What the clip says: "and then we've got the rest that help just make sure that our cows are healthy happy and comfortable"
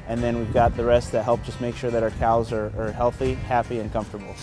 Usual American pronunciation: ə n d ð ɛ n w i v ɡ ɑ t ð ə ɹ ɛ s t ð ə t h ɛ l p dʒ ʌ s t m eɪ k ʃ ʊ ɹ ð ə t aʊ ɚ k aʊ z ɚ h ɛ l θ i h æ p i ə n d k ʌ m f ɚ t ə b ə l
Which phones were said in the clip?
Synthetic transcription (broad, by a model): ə n ð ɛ n w i v ɡ ɑ t ð ə ɹ ɛ s t ð ə t h ɛ l p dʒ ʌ s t m eɪ k ʃ ʊ ɹ ð ə t aʊ ɚ k aʊ z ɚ h ɛ l θ i h æ p i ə n k ʌ m f t ə b l